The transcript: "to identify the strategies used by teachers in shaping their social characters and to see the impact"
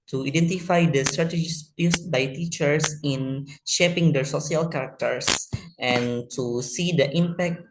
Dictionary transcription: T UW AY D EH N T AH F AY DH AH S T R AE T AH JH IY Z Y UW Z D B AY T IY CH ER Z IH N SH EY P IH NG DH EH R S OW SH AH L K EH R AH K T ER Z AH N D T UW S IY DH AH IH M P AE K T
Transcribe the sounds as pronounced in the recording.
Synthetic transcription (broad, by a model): T UW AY D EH N T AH F AY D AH S T R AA T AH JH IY S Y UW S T B AY T IY CH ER S IH N SH EY P IH NG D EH R S OW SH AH L K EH R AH K T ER S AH N T UW S IY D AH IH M P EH K T